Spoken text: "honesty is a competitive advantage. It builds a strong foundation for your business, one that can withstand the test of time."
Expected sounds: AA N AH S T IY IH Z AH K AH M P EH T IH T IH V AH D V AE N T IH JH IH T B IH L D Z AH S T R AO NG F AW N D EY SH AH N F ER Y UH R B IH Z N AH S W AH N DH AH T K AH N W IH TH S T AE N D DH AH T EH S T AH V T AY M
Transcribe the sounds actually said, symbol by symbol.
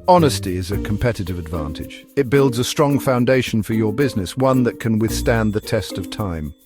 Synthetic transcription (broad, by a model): AA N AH S T IY IH Z AH K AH M P EH T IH T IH V AH D V AE N T IH JH IH T B IH L D Z AH S T R AO NG F AW N D EY SH N F ER Y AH R B IH Z N AH S W AH N DH AH T K AH N W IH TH S T AE N DH AH T EH S T AH V T AY M